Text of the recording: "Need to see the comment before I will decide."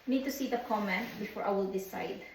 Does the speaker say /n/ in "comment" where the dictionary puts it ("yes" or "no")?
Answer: yes